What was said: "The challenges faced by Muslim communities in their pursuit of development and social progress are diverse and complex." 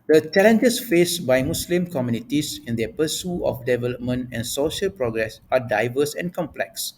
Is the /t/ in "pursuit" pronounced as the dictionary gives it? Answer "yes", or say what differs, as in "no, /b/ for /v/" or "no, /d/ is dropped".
no, /t/ is dropped